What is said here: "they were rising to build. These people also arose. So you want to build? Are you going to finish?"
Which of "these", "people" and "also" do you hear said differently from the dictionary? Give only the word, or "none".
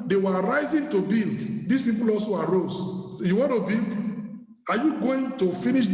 these